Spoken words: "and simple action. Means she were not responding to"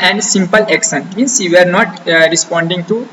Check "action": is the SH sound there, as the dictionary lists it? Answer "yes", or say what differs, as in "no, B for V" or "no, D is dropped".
no, S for SH